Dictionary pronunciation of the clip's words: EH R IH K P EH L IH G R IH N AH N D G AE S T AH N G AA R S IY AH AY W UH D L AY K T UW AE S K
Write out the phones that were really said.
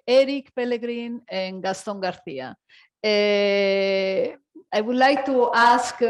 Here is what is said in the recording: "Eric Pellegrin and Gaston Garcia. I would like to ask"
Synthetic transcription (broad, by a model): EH R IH K P EH L IH G R IH N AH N G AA S T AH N G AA R TH IY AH AY W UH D L AY K T UW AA S K